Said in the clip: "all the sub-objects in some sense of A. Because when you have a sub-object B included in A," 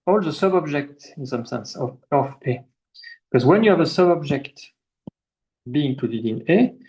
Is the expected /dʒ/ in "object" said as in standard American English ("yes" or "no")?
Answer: yes